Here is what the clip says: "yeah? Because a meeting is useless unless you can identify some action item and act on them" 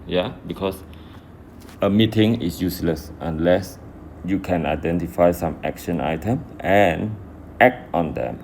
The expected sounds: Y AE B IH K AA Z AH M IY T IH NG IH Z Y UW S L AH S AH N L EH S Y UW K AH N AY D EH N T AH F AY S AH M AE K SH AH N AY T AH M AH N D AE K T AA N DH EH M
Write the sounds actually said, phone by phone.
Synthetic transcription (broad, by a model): Y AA B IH K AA S AH M IY T IH NG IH S Y UW S L AH S AH N L EH S Y UW K AH N AY D EH N T AH F AY S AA M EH K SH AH N AY T AH M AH N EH K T AA N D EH M